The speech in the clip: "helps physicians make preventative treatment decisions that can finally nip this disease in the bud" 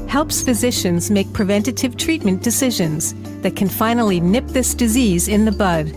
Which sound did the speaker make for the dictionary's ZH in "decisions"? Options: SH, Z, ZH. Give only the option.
ZH